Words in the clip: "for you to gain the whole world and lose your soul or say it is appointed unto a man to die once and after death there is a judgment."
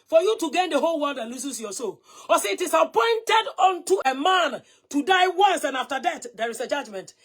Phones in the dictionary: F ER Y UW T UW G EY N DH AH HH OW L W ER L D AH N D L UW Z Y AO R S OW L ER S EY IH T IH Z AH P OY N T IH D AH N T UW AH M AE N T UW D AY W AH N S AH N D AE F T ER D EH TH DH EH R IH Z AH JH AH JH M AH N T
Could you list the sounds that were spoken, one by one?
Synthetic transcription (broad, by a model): F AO Y UW T UW G EY N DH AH HH OW L W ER N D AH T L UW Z Y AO S OW L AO S EY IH T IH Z AH P OY N T IH D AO N T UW AH M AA N T UW D AY W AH N S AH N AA F T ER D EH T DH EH R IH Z AH JH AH JH M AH N T